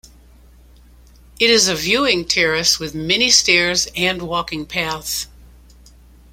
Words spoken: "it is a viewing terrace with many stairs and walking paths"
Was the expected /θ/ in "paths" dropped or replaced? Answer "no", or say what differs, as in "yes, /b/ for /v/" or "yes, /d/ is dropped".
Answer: no